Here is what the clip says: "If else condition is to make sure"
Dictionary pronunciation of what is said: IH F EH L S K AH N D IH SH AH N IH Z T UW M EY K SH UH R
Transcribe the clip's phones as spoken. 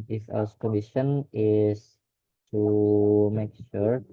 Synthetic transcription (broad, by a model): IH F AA S K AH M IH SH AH N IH S T UW M EY K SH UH R